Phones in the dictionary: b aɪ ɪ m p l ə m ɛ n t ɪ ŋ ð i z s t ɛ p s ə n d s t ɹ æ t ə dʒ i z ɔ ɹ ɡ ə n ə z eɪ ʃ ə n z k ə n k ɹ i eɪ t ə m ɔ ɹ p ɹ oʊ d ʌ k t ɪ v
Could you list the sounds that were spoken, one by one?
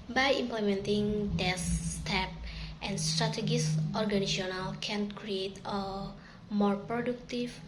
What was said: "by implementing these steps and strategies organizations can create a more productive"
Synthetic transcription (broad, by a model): b aɪ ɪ m p l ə m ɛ n t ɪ ŋ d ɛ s t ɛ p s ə n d s t ɹ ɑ t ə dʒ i s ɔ ɹ ɡ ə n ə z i ə n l k ə n k ɹ i eɪ t ə m ɔ ɹ p ɹ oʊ d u k t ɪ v